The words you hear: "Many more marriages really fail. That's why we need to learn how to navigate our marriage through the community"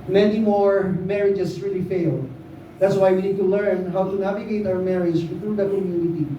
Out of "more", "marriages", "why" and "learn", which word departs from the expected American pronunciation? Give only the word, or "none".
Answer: marriages